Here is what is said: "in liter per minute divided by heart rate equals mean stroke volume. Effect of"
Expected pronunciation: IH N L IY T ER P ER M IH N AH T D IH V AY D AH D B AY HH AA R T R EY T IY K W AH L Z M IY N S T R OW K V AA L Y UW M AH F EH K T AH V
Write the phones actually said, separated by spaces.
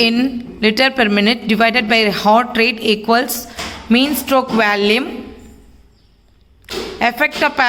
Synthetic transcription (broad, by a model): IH N L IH T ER P ER M IH N AH T D IH V AY D AH D B AY HH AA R T R EY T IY K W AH L S M IY N S T R OW K V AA L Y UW M AH F EH K T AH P